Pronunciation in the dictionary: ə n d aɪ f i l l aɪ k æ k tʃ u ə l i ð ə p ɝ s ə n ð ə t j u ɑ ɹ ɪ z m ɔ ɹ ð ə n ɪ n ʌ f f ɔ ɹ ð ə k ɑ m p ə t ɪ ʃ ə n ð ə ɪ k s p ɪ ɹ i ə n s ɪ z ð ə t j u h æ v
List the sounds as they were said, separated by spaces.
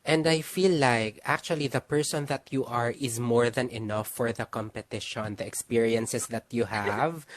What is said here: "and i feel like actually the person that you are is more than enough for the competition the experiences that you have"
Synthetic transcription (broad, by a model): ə n d aɪ f i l l aɪ k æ k tʃ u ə l i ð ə p ɝ s ə n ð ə t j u ɑ ɹ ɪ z m ɔ ɹ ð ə n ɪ n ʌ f f ɔ ɹ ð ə k ɑ m p ə t ɪ ʃ ə n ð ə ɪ k s p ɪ ɹ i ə n s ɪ s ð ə t j u h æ v